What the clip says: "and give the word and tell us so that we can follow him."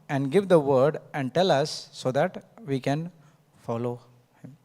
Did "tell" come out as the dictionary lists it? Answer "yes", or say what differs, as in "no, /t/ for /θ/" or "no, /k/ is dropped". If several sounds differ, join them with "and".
yes